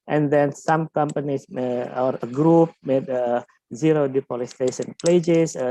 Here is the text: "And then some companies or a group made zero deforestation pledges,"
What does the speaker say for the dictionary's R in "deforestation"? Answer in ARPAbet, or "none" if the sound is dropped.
L